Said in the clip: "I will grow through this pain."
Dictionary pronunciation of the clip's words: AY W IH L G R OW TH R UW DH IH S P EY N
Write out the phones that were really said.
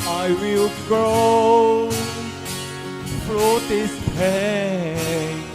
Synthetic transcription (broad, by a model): AY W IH L G R OW F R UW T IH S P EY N